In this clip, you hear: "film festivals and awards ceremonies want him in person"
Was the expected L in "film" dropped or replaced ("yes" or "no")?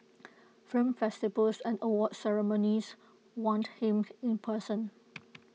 yes